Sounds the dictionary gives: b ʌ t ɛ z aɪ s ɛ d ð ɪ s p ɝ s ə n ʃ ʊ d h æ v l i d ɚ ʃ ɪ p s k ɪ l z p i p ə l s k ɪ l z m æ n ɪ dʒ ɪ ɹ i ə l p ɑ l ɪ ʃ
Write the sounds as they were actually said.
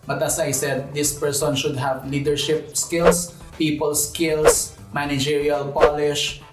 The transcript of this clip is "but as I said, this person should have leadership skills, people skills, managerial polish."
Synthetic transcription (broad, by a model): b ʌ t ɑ s aɪ s ɛ d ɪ s p ɝ s ə n ʃ ʊ d h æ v l i d ɚ ʃ ɪ p s k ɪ l s p i p ə l s k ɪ l s m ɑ n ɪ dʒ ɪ ɹ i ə l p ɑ l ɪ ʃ